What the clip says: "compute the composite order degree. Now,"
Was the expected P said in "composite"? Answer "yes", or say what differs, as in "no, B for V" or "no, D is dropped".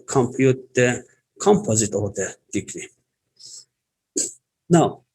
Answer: yes